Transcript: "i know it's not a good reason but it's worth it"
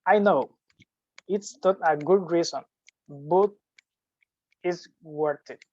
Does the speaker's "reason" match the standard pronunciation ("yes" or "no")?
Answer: no